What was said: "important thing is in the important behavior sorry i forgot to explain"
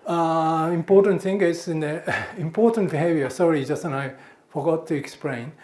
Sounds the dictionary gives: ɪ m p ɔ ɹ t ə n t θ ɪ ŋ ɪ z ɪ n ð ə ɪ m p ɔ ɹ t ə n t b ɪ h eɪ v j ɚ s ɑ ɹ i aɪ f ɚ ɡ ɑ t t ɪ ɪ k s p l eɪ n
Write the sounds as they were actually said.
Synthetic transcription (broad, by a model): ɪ m p ɔ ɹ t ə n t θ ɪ ŋ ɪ s ɪ n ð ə ɪ m p ɔ ɹ t ə n t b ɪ h eɪ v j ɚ s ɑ ɹ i aɪ f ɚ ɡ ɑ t t ɪ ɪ k s p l eɪ n